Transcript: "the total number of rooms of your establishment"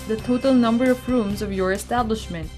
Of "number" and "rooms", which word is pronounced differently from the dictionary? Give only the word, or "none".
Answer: none